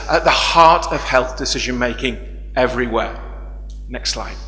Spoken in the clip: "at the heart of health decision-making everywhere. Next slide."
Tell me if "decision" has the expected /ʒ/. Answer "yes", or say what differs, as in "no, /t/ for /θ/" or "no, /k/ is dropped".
yes